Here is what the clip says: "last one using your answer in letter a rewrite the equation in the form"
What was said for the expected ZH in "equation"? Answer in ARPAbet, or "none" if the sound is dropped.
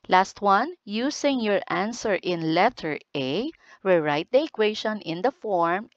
SH